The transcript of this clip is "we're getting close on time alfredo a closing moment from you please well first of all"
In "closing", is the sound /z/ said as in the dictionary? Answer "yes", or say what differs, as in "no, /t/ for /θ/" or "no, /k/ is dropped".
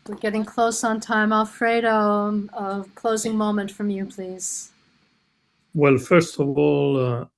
yes